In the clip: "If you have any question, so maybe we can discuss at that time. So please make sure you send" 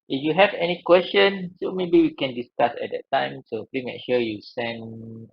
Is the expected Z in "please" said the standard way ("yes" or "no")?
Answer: no